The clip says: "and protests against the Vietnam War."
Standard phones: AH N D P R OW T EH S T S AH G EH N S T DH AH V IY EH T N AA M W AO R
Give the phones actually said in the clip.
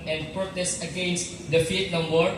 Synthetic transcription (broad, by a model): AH N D P R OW T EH S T AH G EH N S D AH F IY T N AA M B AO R